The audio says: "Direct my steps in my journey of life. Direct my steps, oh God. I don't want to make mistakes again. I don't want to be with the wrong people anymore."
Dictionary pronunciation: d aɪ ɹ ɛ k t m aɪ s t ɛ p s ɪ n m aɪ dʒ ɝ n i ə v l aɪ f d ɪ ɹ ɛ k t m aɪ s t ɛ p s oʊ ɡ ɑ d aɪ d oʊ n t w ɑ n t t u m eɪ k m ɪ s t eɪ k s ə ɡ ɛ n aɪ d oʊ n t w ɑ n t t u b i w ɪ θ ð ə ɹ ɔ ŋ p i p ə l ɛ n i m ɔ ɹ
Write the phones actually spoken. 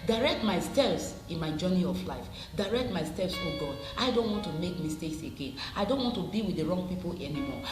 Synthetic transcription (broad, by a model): d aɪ ɹ ɛ k t m aɪ s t ɛ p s ɪ n m aɪ dʒ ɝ n i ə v l aɪ f d ɪ ɹ ɛ k t m aɪ s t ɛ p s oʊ ɡ ɑ d aɪ d oʊ n t w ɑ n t t u m eɪ k m ɪ s t eɪ k s ə ɡ ɛ n aɪ d oʊ n t w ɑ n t t u b i w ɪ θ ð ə ɹ ɔ ŋ p i p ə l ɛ n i m ɔ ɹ